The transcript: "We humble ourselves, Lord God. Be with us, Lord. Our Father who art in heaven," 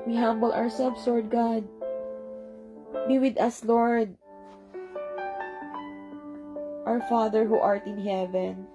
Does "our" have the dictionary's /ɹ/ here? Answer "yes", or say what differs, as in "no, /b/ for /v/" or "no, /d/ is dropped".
yes